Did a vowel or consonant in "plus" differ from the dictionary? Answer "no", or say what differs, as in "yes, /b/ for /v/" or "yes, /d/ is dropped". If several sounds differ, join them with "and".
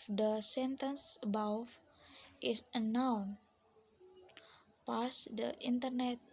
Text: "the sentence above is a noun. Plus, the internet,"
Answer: yes, /l/ is dropped